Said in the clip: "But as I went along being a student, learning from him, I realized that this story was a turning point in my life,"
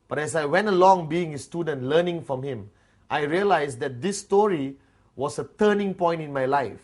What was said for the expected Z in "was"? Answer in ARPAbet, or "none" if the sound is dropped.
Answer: S